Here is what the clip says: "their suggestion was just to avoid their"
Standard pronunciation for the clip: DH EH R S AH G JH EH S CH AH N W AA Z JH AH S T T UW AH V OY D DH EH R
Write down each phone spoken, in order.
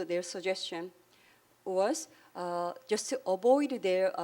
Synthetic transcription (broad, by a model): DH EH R S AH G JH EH S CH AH N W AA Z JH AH S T T UW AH B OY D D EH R